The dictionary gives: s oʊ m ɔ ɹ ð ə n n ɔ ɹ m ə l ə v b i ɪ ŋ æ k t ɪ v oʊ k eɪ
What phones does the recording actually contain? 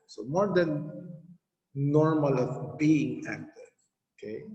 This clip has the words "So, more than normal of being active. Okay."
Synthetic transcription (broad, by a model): s oʊ m ɔ ɹ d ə n n ɔ ɹ m ə l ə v b i ɪ ŋ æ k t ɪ oʊ k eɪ